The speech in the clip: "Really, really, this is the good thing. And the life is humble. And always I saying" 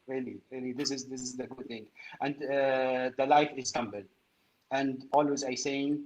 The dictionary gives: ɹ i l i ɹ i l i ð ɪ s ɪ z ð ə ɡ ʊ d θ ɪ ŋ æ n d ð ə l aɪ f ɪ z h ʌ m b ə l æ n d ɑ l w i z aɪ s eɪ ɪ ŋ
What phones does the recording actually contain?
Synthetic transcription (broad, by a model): ɹ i l i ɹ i l i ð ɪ s ɪ z ð ə ɡ ʊ d θ ɪ ŋ æ n d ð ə l aɪ f ɪ z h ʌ m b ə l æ n d ɑ l w i z aɪ s eɪ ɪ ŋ